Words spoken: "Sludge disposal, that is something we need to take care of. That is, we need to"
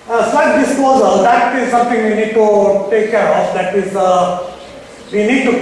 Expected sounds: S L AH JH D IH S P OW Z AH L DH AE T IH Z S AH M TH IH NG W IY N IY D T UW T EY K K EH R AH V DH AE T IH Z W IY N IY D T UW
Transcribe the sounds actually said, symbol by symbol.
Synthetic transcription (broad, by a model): S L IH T D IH S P OW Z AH L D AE T IH Z S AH M T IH NG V IY N IY D T UW T EY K K EH R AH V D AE T IH Z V IY N IY D T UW